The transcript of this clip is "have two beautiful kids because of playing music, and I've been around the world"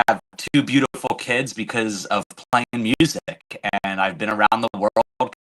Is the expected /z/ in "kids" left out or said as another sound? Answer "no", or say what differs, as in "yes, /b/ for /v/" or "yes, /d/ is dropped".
no